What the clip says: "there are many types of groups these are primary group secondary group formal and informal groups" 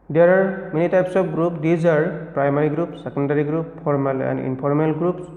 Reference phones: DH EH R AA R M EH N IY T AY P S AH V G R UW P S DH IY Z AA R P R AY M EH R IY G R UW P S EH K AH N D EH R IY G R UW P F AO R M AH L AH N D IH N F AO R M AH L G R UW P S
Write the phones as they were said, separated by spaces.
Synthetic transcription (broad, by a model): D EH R AA R M EH N IY T AY P S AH P G R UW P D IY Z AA L P R AY M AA R IY G R UW P S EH K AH N D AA R IY G R UW P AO R M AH L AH N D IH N P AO R M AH L G R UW P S